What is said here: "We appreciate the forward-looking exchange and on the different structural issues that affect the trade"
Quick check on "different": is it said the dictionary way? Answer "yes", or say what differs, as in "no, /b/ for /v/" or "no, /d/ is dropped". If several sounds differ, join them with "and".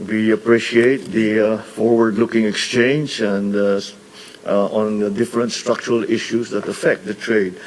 yes